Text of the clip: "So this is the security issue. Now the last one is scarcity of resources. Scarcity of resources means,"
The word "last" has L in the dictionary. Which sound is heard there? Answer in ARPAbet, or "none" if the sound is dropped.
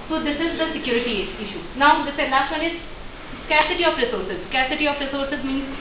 N